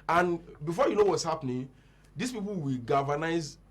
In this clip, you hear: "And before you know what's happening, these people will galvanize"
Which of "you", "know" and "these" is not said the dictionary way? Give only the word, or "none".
these